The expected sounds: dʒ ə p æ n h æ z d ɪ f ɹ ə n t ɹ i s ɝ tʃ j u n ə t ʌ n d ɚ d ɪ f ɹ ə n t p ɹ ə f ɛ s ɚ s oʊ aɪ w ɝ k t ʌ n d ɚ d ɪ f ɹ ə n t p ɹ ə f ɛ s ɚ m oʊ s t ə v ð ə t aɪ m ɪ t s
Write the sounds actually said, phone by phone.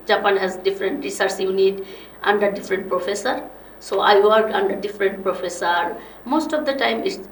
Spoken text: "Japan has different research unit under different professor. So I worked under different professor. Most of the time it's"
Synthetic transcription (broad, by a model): dʒ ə p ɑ n h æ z d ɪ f ɹ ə n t ɹ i s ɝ s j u n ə t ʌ n d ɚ d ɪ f ɹ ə n t p ɹ ə f ɛ s ɚ s oʊ aɪ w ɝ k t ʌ n d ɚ d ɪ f ɹ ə n t p ɹ ə f ɛ s ɚ m oʊ s t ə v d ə t aɪ m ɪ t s